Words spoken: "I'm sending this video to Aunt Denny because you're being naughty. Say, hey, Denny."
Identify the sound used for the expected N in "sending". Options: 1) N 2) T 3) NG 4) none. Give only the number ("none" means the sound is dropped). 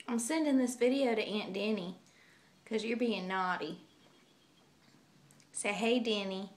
1